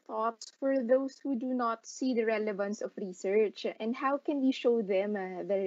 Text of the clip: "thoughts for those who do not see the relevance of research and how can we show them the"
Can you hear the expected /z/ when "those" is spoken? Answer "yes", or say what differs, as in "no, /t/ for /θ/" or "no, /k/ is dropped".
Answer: no, /s/ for /z/